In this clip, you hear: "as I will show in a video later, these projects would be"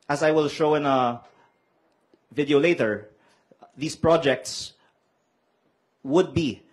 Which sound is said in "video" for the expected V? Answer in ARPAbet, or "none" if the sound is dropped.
V